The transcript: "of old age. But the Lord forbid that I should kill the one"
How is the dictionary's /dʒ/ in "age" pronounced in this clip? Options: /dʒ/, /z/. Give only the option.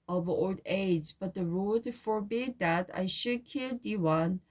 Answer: /z/